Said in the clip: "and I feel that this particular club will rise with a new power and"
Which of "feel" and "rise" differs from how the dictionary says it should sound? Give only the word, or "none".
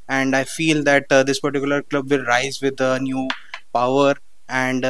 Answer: none